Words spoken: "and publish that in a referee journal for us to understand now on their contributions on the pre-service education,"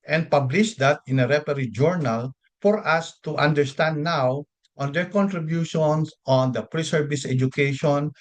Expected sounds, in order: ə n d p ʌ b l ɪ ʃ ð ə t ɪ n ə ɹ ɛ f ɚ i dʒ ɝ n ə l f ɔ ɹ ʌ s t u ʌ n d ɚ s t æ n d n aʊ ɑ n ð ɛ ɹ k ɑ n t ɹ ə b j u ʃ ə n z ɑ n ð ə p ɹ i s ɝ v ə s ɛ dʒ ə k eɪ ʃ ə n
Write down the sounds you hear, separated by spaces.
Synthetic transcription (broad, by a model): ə n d p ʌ b l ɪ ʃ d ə t ɪ n ə ɹ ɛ p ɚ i dʒ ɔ n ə l f ɔ ɹ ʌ s t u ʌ n d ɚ s t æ n d n aʊ ɑ n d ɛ ɹ k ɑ n t ɹ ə b j u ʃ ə n s ɑ n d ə p ɹ i s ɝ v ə s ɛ dʒ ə k eɪ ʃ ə n